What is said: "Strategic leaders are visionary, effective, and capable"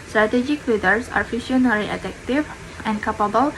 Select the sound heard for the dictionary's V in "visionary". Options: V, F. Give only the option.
F